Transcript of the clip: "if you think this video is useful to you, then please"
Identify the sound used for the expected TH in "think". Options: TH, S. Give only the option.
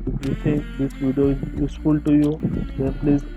S